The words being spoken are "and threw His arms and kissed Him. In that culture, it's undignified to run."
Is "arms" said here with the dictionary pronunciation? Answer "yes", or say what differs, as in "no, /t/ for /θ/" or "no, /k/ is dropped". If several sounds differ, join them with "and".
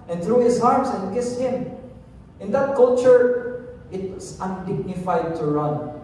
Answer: no, /s/ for /z/